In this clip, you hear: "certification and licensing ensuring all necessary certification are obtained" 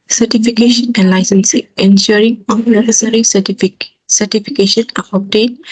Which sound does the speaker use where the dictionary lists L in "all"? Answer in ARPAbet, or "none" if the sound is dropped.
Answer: N